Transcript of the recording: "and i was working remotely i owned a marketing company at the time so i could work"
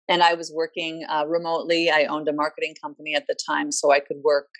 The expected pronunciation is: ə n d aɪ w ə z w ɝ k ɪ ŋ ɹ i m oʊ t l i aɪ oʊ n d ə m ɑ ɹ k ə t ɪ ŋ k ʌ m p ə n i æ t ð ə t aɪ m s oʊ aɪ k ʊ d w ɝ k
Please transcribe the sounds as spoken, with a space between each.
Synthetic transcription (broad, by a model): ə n aɪ w ə z w ɝ k ɪ ŋ ɹ i m oʊ t l i aɪ oʊ n d ə m ɑ ɹ k ə t ɪ ŋ k ʌ m p ə n i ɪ t ð ə t aɪ m s oʊ aɪ k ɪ d w ɝ k